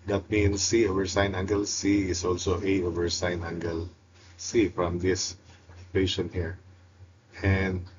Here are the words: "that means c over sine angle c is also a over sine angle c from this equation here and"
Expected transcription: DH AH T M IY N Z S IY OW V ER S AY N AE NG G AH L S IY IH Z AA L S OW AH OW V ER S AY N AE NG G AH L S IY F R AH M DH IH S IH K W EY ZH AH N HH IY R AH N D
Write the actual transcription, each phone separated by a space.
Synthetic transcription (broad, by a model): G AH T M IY N S IY OW V ER S AY N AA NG G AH L S IY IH S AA L S OW AH OW V ER S AY N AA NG G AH L S IY F R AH M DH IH S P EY SH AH N HH IY R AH N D